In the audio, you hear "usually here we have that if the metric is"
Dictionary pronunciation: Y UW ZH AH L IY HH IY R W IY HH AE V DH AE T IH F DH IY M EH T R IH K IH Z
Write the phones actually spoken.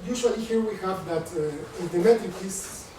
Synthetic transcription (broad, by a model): Y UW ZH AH L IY HH IY R W IY HH AE V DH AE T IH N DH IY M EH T IH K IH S